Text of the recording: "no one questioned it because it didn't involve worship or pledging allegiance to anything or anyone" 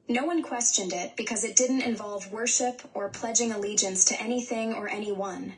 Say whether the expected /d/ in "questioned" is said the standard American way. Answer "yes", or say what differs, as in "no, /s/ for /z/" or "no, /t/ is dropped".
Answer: yes